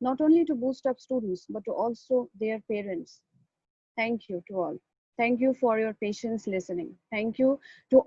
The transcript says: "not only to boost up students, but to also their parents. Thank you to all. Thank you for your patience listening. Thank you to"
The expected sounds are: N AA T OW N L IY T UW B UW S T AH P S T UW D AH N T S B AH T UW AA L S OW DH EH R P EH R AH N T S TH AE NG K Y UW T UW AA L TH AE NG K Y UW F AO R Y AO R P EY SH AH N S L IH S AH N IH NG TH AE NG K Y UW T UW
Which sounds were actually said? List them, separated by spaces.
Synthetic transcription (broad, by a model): N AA T OW N L IY T UW B UW S T AH P S T UW D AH N T S B AH T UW AA L S OW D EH R P EH R AH N T S T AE NG K Y UW T UW AA L T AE NG K Y UW F AO R Y AO R P EY SH AH N S L IH S AH N IH NG T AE NG K Y UW T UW